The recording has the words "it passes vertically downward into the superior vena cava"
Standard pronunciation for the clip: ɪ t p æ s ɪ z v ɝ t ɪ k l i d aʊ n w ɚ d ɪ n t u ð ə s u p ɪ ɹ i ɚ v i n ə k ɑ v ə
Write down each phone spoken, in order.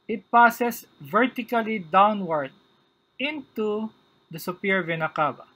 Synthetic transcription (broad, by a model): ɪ t p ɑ s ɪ s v ɝ t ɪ k l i d aʊ n w ɚ d ɪ n t u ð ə s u p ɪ ɹ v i n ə k ɑ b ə